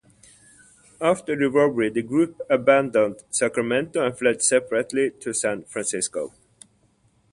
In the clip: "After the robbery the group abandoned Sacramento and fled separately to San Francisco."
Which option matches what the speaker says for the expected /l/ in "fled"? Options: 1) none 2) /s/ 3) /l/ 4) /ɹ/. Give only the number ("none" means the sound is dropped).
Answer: 3